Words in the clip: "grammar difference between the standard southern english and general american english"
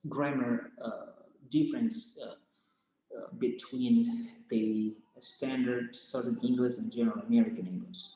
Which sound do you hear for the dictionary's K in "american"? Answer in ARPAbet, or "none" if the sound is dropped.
K